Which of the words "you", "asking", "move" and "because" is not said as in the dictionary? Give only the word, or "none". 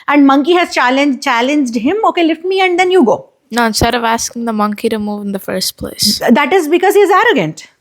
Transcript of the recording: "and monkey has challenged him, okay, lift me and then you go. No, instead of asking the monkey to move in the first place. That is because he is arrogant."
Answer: none